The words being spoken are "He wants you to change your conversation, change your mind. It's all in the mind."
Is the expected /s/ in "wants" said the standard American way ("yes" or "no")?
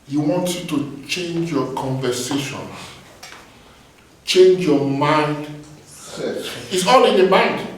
no